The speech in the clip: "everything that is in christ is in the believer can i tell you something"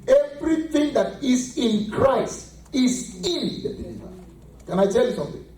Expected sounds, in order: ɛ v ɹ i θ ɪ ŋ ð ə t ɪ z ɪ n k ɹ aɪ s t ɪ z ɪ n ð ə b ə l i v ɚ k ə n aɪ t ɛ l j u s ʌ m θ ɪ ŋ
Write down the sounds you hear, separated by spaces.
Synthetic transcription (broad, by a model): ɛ v ɹ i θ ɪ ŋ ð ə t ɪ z ɪ n k ɹ aɪ s t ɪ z ɪ n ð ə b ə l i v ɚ k ə n aɪ t ɛ l j u s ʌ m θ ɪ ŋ